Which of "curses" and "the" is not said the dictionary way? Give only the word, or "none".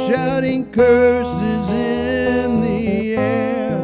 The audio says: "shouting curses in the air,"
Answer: none